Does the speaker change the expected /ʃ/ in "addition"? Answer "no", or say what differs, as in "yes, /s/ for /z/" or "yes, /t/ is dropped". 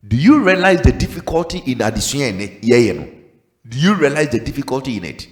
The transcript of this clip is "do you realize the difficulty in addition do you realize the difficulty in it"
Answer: yes, /s/ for /ʃ/